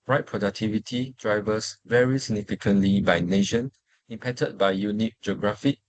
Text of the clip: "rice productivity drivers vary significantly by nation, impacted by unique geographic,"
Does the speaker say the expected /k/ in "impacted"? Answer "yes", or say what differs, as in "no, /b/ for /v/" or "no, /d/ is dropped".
no, /k/ is dropped